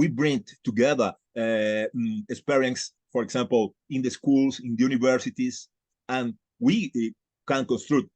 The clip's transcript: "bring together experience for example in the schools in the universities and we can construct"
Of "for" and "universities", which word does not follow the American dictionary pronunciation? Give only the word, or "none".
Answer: universities